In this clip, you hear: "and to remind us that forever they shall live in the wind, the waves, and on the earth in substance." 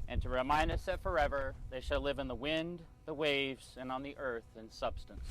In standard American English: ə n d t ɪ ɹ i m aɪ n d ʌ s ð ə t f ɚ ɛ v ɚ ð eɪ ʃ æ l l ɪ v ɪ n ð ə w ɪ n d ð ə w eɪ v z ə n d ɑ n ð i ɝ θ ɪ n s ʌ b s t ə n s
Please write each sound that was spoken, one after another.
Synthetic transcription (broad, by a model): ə n t ɪ ɹ i m aɪ n d ʌ s ð ə t f ɚ ɛ v ɚ ð eɪ ʃ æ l l ɪ v ɪ n ð ə w ɪ n ð ə w eɪ v z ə n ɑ n ð i ɝ θ ɪ n s ʌ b s t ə n s